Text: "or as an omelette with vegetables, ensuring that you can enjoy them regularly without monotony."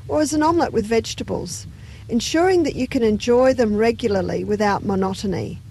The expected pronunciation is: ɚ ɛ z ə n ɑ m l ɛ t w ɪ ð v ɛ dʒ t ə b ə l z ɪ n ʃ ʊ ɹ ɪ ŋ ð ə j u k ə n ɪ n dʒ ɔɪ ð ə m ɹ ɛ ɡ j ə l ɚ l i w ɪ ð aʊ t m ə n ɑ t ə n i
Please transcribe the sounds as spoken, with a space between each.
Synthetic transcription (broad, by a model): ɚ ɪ z ə n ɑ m l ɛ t w ɪ ð v ɛ dʒ t ə b ə l z ɪ n ʃ ʊ ɹ ɪ ŋ ð ə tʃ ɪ k ə n ɪ n dʒ ɔɪ ð ə m ɹ ɛ ɡ j l ɚ l i w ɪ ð aʊ t m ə n ɑ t n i